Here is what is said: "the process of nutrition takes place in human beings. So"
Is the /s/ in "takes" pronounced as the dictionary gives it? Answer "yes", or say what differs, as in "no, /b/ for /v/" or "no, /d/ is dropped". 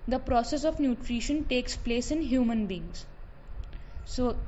yes